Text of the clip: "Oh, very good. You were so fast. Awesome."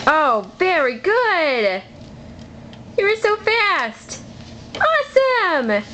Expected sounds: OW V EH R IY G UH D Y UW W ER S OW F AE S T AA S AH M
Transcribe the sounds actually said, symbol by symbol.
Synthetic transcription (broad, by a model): OW V EH R IY G UH D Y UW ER S OW F AE S T AA S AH M